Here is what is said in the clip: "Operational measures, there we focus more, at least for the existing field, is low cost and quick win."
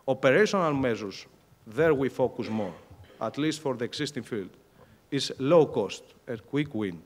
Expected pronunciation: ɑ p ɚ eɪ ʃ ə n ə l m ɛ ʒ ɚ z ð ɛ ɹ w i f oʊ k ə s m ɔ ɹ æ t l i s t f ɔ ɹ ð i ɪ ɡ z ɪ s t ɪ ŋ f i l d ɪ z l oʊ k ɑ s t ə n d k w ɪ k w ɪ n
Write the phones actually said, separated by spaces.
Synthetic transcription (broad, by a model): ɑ p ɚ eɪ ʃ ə n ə l m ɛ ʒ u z ð ɛ ɹ w i f oʊ k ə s m ɔ ɹ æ t l i s t f ɔ ɹ ð i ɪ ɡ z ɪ s t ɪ ŋ f i l d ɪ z l oʊ k ɑ s t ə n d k w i k w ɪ n